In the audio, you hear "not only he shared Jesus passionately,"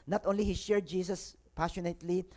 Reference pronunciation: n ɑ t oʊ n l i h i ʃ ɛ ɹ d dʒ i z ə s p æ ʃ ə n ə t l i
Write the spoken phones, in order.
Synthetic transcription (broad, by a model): n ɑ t oʊ n l i h i ʃ ɛ ɹ d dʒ i s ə s p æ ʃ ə n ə t l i